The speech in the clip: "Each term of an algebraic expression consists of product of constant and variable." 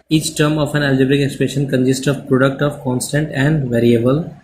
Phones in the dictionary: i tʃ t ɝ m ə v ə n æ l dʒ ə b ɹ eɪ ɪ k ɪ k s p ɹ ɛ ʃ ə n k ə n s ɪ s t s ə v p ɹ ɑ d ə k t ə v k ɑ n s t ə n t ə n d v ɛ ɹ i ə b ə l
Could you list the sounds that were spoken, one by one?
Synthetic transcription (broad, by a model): i tʃ t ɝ m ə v ə n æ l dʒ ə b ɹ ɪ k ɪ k s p ɛ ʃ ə n k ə n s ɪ s t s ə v p ɹ ɑ d ə k t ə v k ɑ n s t ə n t ə n d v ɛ ɹ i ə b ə l